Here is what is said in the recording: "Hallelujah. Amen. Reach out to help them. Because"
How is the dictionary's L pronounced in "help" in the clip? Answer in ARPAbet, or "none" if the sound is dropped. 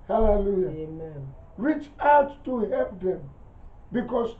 none